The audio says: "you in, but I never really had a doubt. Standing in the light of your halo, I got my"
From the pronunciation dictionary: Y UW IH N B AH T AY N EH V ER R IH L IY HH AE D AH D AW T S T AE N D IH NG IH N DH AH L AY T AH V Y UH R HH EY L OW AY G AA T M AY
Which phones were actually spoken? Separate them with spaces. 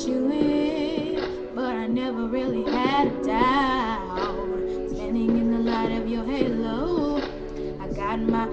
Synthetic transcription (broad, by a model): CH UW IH B AH T AY N EH V ER R IH L IY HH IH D AH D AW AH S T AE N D IH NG IH N DH AH L AY T AH V Y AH R HH EY L OW AY G AA T M AY